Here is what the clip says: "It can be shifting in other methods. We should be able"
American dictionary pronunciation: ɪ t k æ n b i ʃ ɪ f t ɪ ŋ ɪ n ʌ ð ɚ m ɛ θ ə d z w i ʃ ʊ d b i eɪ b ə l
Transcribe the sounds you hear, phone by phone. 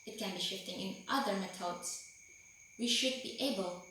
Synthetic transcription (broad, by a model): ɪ t k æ n b i ʃ ɪ f t ɪ ŋ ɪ n ʌ ð ɚ m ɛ t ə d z w i ʃ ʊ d b i eɪ b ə l